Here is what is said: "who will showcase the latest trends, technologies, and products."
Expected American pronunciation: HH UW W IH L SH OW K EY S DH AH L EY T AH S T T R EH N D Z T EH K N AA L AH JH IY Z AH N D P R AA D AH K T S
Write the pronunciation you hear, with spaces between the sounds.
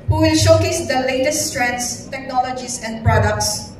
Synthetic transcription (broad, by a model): HH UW W IH L SH OW K EY S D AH L EY T AH S T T R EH N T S T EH K N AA L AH JH IY S AH N D P R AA D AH K T S